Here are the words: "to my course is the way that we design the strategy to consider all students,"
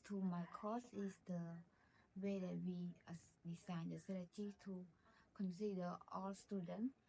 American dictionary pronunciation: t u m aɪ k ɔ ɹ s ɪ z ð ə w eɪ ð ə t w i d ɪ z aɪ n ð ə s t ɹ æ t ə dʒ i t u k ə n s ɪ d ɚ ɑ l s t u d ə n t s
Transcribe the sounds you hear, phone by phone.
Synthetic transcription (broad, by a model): t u m aɪ k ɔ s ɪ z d ə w eɪ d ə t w i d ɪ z aɪ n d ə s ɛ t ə tʃ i t u k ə n s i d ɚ ɑ l s t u d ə n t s